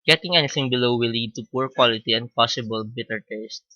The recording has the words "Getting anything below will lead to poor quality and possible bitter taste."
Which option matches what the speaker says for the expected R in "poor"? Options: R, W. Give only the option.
R